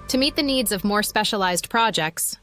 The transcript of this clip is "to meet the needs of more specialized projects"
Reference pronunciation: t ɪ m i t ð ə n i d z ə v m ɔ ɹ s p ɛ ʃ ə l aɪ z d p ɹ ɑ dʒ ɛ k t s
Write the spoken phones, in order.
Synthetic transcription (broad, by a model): t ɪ m i t ð ə n i d z ə v m ɔ ɹ s p ɛ ʃ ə l aɪ z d p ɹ ɑ dʒ ɛ k t s